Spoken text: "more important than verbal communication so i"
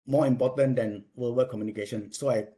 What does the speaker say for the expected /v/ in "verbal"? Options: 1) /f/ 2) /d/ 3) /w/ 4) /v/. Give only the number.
3